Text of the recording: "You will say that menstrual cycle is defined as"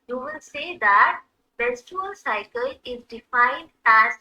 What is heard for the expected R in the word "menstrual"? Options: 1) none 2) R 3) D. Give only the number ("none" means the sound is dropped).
1